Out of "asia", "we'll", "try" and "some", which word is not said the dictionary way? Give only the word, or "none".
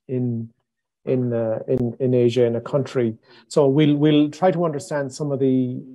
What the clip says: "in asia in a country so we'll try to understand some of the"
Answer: none